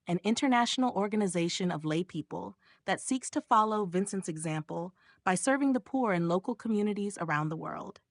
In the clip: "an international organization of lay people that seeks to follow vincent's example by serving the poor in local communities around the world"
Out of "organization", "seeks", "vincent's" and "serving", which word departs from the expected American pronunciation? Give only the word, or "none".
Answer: none